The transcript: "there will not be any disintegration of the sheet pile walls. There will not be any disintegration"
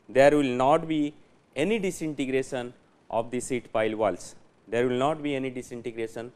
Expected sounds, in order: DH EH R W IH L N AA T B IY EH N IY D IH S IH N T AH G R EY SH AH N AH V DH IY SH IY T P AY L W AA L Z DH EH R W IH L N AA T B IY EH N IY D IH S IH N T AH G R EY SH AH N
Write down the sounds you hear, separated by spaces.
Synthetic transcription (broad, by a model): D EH R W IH L N AA T B IY EH N IY D IH S IH N T AH G R EY SH AH N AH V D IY S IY T P AY L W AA L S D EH R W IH L N AA T B IY EH N IY D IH S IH N T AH G R EY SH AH N